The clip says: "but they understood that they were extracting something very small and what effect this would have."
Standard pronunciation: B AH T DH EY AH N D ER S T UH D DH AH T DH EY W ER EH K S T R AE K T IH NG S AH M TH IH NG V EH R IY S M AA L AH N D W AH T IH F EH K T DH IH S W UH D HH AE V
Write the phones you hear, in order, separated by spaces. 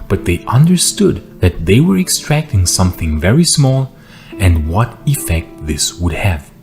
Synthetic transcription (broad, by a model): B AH T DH EY AH N D ER S T UH D DH AH T DH EY W ER EH K S T R AE K T IH NG S AH M TH IH NG V EH R IY S M AA L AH N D W AH T IH F EH K T DH IH S W UH D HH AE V